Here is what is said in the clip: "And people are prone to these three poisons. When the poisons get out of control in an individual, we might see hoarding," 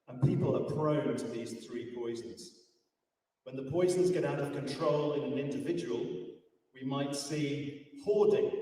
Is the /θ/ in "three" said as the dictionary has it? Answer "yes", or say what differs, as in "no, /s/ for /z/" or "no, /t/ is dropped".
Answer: yes